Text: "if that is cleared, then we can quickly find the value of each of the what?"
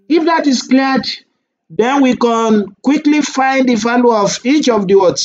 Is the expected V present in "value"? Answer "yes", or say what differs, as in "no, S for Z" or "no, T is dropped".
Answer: no, F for V